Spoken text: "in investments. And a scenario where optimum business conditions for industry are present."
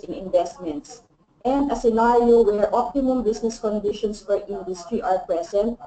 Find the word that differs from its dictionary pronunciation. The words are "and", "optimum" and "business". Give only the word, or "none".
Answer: business